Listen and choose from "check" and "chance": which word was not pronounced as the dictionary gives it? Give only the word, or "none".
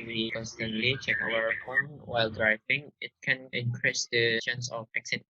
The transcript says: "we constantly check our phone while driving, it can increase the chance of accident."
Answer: chance